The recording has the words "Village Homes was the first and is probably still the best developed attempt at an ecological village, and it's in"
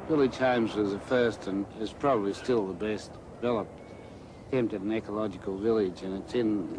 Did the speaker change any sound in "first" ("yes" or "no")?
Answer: no